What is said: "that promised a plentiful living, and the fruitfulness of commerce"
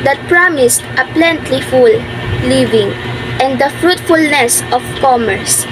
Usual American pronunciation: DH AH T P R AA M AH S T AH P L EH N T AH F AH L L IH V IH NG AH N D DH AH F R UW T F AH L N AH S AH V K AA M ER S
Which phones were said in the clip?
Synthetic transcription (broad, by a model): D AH T P R AA M AH S T AH P L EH N T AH F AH L L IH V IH NG AH N D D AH F R UW T F AH L N AH S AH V K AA M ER S